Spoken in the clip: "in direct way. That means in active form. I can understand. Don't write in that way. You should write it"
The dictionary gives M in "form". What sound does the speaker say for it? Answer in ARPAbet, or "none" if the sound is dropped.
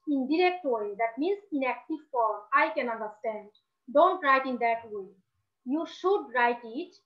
none